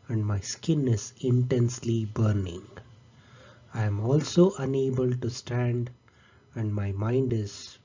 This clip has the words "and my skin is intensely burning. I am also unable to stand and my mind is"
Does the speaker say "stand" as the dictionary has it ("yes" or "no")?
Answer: yes